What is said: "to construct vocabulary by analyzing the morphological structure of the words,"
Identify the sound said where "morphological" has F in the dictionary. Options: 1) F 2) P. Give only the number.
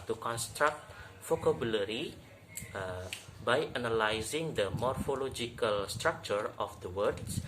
1